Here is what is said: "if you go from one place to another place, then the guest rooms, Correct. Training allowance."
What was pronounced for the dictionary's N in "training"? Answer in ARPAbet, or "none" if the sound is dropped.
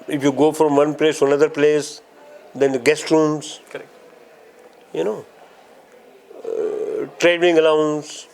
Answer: none